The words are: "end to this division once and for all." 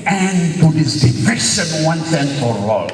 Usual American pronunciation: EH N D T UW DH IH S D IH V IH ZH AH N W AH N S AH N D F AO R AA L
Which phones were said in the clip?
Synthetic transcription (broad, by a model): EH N T UW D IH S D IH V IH SH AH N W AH N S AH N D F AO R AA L